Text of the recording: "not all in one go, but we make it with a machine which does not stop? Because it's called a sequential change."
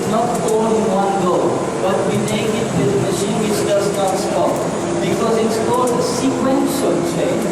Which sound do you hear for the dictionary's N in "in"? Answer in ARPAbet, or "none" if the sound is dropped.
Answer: L